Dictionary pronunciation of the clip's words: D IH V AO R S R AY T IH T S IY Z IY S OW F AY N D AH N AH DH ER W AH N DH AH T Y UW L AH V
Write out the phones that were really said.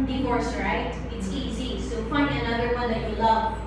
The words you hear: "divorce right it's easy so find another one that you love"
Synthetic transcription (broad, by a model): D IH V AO R S R AY T IH T S IY Z IY S OW P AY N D AH N AH DH ER W AH N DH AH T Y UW L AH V